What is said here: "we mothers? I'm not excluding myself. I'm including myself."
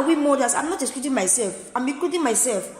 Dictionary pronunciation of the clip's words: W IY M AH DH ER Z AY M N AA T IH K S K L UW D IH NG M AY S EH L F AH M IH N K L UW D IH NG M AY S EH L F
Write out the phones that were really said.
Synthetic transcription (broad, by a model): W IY M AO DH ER S AY M N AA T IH S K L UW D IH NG M AY S EH L F AH M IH K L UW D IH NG M AY S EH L F